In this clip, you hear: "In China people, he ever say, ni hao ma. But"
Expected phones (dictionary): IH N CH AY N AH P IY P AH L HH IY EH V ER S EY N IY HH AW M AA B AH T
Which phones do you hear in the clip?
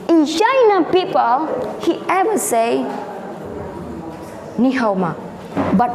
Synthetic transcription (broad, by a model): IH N SH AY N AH P IY P AH L HH IY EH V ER S EY N IY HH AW M AA B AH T